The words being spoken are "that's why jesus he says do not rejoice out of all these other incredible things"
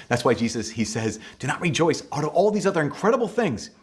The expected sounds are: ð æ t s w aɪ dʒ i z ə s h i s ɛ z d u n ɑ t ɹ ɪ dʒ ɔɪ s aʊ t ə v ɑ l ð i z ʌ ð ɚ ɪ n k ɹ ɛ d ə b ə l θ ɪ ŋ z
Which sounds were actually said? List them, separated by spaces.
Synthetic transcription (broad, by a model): ð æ t s w aɪ dʒ i z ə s h i s ɛ z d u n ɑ t ɹ ɪ dʒ ɔɪ s aʊ t ə v ɑ l ð i z ʌ ð ɚ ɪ n k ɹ ɛ d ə b l θ ɪ ŋ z